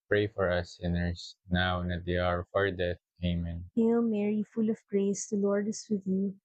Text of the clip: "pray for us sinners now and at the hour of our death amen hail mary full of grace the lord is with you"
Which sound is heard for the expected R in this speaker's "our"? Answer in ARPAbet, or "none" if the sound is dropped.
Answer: R